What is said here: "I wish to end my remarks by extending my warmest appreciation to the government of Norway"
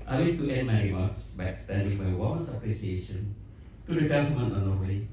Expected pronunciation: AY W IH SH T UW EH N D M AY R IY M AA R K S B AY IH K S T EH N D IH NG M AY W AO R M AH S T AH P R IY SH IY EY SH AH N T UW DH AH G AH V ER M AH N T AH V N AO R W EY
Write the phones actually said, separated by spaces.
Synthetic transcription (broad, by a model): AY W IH S T UW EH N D M AY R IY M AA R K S B AY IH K S T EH N D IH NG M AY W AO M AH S AH P R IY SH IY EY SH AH N T UW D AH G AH F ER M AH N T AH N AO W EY